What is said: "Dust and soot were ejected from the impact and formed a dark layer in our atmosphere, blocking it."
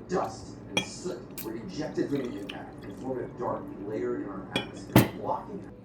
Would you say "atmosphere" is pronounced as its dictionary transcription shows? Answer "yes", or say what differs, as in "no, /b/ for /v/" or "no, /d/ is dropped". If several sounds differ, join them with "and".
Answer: no, /f/ is dropped